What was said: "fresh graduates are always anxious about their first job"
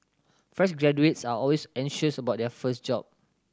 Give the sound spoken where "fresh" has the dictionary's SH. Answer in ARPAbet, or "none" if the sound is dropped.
S